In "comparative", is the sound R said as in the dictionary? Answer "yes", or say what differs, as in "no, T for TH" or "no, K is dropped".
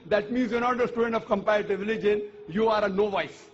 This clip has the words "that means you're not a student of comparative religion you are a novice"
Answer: no, R is dropped